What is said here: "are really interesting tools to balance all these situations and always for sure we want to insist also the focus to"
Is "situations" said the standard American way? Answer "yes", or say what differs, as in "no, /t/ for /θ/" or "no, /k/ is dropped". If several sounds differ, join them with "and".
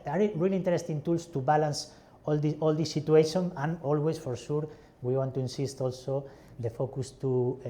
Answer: no, /z/ is dropped